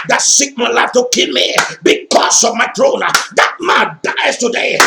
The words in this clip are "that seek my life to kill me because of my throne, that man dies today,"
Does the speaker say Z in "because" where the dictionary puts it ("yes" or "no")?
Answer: no